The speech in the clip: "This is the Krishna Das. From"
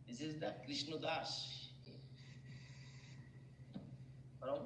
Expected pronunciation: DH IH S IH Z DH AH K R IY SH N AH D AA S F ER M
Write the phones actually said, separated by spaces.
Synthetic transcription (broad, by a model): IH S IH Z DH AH K R IY SH N AH D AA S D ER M